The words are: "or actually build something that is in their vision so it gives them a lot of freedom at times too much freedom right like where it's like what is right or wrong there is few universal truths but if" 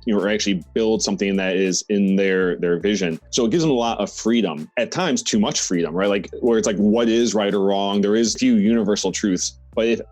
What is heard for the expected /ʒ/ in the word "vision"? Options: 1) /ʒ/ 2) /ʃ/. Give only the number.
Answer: 1